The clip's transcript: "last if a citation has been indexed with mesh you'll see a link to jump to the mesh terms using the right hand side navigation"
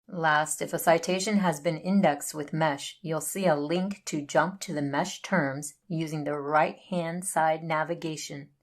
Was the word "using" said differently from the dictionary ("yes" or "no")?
no